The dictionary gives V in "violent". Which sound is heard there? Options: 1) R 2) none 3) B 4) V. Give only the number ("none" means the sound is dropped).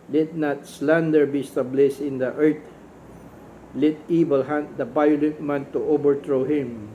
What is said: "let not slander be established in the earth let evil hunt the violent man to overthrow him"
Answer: 3